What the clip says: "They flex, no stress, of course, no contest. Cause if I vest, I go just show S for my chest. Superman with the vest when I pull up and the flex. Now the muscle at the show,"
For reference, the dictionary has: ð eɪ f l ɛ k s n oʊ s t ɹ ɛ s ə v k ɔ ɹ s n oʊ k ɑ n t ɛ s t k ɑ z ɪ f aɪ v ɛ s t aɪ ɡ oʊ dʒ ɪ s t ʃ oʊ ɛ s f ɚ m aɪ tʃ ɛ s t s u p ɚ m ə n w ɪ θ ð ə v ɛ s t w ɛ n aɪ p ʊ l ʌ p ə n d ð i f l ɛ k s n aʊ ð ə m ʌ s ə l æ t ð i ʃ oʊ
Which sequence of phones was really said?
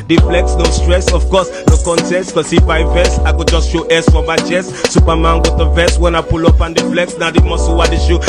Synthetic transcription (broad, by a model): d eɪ f l ɛ k s n oʊ s t ɹ ɛ s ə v k ɔ s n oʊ k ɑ n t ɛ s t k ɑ s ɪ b aɪ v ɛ s aɪ ɡ oʊ dʒ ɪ s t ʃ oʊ ɛ s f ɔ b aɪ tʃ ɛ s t s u p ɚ m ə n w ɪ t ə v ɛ s w ɛ n aɪ p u l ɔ p ə n d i f l ɛ k s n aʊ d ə m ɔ s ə w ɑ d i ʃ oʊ